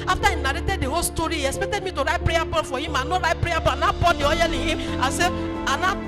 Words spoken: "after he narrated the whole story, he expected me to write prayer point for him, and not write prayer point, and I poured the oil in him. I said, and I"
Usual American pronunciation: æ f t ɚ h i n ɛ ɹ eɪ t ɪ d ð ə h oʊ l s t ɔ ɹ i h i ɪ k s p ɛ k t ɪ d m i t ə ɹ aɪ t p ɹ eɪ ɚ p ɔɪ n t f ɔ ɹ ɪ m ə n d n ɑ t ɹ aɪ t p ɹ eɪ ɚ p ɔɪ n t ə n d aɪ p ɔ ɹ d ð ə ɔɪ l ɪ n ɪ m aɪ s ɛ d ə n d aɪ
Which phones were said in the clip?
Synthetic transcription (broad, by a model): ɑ f t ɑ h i n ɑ ɹ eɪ t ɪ d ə h oʊ l s t ɔ ɹ i h i ɪ k s p ɛ k t ɪ d m i t ə ɹ aɪ t p ɹ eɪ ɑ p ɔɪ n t f ɔ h ɪ m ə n n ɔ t ɹ aɪ t p ɹ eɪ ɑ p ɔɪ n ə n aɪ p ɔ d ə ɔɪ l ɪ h ɪ m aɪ s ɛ ə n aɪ